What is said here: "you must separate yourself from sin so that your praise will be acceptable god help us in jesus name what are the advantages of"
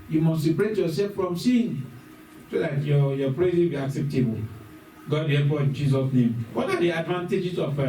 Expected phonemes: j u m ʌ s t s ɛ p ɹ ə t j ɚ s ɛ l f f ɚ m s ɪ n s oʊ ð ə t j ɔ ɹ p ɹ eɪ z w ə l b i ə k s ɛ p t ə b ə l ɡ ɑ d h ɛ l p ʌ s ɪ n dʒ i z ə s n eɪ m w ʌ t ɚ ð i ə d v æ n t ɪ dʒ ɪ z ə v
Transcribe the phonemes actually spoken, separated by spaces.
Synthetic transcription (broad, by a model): j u m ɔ s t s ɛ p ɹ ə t j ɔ s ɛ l f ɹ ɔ m s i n s oʊ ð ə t j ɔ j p ɹ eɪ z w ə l b i ə k s ɛ p t ə b ə l ɡ ɑ d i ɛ p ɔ ɪ n dʒ i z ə s n eɪ m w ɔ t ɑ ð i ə d v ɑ n t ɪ dʒ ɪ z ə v